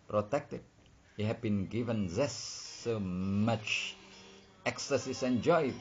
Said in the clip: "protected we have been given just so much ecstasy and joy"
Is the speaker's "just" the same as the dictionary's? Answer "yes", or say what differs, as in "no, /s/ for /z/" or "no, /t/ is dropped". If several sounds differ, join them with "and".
no, /z/ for /dʒ/